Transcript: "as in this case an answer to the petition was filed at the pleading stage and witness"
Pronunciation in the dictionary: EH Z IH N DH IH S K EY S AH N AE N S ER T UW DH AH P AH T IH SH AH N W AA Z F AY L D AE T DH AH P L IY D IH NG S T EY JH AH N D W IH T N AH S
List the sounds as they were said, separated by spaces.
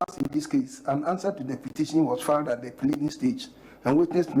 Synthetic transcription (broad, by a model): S IH N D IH S K EY S AH N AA N S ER T UW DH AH P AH T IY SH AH N W AA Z F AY D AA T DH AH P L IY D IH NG S T EY JH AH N W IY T N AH S